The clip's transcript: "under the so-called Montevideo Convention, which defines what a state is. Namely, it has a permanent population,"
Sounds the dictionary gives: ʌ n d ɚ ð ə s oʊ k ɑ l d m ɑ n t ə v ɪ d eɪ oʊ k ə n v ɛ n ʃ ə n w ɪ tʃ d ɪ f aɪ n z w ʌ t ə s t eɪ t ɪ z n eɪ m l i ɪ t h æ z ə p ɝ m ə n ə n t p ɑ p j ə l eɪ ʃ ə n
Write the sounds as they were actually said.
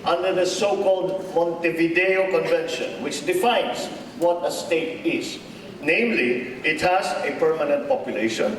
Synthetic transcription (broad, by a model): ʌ n d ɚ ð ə s oʊ k ɑ l d m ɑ n t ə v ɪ d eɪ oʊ k ə n v ɛ n ʃ ə n w ɪ tʃ d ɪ f aɪ n s w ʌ t ə s t eɪ t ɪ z n eɪ m l i ɪ t h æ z ə p ɝ m ə n ə n t p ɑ p j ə l eɪ ʃ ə n